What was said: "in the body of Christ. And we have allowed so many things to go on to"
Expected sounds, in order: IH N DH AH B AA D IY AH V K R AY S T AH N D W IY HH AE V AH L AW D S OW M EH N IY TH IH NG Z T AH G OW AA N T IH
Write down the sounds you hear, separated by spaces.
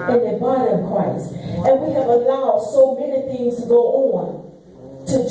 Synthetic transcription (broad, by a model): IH N DH AH B AA D IY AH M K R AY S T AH N W IY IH V AH L AW D S OW M EH N IY TH IH NG Z T AH G OW AA N T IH